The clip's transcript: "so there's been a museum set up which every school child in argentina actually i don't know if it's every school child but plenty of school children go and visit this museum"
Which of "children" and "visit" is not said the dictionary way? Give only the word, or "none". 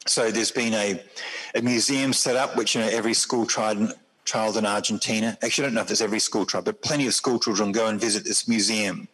none